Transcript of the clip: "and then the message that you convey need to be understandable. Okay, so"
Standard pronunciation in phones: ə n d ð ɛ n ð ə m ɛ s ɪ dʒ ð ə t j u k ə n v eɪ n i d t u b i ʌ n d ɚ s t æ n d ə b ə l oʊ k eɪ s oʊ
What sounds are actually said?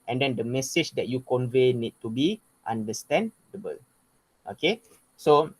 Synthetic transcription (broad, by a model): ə n d ɛ n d ə m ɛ s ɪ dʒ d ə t j u k ə n v eɪ n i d t u b i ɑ n d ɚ s t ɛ n d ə b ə l oʊ k eɪ s oʊ